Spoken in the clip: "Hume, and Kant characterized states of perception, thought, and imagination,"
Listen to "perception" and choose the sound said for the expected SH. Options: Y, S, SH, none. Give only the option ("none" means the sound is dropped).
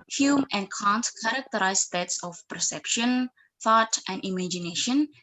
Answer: SH